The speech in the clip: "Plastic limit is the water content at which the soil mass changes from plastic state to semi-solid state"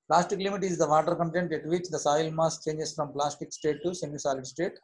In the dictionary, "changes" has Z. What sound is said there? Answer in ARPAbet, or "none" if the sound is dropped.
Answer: S